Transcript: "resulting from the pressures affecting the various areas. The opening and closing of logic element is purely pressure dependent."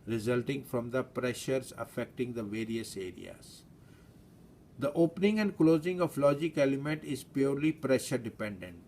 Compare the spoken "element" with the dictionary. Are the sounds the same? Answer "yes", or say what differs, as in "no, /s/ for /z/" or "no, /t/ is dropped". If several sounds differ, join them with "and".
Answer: yes